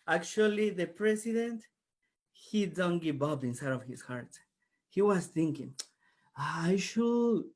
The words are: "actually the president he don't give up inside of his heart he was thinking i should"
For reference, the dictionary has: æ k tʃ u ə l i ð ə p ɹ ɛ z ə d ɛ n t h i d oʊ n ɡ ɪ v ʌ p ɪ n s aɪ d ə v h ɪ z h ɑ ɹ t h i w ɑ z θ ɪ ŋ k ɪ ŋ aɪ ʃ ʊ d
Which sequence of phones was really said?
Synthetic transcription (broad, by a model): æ k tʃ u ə l i ð ə p ɹ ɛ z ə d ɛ n t h i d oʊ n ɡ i b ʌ b ɪ n s aɪ d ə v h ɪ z h ɑ ɹ t h i w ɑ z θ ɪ ŋ k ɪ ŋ aɪ ʃ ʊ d